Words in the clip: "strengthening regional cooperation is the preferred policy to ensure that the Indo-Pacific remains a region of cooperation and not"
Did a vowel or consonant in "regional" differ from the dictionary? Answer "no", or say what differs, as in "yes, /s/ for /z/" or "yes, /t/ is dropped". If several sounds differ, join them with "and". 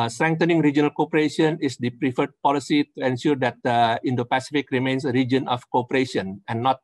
no